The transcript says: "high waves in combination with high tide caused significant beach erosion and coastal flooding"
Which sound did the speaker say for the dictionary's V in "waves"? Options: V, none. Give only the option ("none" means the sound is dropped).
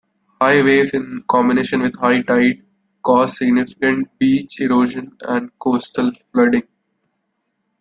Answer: none